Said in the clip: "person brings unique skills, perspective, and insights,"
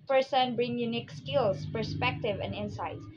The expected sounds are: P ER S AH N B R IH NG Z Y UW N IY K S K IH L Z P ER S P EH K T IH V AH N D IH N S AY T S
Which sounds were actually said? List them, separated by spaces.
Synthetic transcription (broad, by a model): P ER S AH N B R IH NG Y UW N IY K S K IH L S P ER S P EH K T IH V AH N D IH N S AY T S